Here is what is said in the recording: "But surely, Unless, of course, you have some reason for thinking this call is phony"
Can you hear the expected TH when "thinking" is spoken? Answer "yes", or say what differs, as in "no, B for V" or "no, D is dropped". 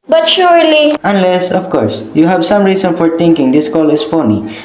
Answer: no, T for TH